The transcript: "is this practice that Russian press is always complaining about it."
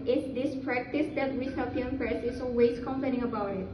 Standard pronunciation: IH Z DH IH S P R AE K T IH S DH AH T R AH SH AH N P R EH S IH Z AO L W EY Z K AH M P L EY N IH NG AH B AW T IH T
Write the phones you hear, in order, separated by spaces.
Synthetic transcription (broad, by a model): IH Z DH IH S P R AE K T IH S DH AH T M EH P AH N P R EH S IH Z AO W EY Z K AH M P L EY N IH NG AH B AW T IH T